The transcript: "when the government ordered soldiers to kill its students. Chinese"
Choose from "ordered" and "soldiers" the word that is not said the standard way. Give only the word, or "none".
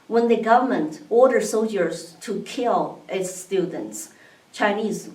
none